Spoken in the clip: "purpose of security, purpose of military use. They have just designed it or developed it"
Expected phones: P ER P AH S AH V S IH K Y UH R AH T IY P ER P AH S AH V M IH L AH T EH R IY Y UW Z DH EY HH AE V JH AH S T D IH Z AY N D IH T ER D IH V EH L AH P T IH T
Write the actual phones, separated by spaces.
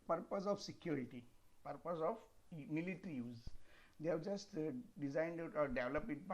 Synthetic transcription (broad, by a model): P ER P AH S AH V S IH K Y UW R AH T IY P ER P AH S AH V M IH L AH T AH R IY Y UW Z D EY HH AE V JH AH S T D IH Z AY N D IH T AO D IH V L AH P IH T